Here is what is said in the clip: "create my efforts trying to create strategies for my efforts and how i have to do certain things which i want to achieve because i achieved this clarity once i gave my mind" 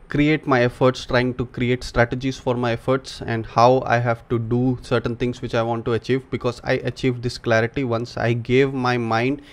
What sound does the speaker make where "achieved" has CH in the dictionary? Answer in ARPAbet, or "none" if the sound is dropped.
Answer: CH